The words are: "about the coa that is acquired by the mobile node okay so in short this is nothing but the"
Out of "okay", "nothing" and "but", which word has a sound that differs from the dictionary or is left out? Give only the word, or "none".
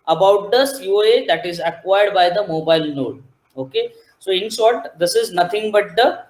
nothing